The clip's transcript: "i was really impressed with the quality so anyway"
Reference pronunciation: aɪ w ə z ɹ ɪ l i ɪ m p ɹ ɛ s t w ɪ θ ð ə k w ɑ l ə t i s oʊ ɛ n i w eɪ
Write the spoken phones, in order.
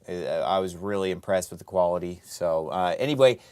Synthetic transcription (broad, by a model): aɪ w ə z ɹ ɪ l i ɪ m p ɹ ɛ s t w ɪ ð ə k w ɑ l ə t i s oʊ ɛ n i w eɪ